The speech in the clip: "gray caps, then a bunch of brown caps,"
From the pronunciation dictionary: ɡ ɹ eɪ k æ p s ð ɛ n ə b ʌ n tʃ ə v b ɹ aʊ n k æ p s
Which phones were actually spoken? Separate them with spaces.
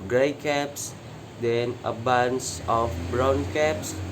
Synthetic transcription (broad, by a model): ɡ ɹ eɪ k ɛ p s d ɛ n ə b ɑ n s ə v b ɹ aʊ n k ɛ p s